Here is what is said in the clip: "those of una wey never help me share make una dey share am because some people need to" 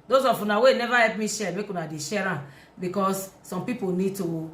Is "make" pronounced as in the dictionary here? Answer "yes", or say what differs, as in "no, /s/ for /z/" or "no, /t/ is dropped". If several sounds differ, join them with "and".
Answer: yes